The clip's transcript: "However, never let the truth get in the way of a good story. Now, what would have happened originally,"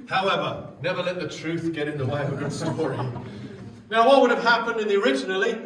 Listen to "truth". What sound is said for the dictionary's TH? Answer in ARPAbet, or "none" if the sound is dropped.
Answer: TH